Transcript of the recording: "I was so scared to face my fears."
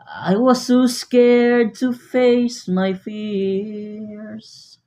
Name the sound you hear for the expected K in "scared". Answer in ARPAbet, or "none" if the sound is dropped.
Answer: K